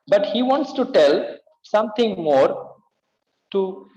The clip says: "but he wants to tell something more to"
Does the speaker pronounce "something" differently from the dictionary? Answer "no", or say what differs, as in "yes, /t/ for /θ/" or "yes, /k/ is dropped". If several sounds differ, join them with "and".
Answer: yes, /t/ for /θ/